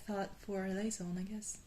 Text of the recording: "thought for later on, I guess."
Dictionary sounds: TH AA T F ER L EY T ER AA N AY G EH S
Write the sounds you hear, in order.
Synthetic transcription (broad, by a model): TH AA T F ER L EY S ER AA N AY G EH S